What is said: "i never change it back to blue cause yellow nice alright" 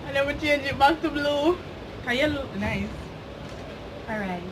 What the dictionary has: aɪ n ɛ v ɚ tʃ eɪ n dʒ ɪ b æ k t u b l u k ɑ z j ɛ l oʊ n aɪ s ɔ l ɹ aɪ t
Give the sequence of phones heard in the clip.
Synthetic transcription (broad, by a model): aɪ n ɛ w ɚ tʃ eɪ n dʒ ɪ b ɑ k t u b l u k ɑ j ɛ l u n aɪ s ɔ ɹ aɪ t